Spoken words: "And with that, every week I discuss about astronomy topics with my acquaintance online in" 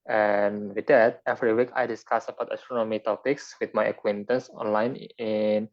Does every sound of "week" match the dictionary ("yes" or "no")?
yes